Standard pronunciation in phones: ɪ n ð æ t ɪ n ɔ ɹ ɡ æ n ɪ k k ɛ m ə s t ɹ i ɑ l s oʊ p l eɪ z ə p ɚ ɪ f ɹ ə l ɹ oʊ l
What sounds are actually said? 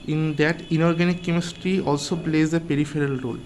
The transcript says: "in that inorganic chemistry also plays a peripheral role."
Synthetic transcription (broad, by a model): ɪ n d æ t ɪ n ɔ ɹ ɡ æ n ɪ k k ɛ m ə s t ɹ i ɑ l s oʊ p l eɪ z ə p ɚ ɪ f ɹ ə l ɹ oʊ l